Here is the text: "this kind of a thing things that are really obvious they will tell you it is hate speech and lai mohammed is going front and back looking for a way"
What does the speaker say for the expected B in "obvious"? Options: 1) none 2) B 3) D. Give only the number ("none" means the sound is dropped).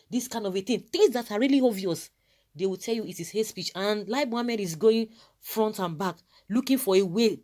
1